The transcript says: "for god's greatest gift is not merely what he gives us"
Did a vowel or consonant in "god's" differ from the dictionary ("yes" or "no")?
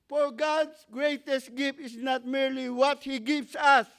yes